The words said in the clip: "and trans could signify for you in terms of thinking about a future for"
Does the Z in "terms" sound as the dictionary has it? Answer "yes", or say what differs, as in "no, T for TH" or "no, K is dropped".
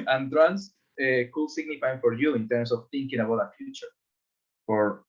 no, S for Z